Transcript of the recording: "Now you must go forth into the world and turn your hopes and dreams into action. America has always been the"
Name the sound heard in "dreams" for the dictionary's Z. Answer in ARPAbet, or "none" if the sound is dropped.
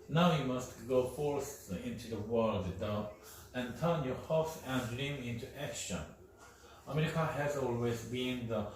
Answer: none